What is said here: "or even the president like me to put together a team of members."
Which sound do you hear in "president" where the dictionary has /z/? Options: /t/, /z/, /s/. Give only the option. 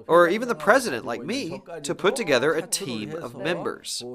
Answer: /z/